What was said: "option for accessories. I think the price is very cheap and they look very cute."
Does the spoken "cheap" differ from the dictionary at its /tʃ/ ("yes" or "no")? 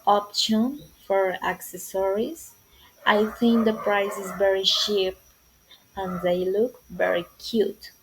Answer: yes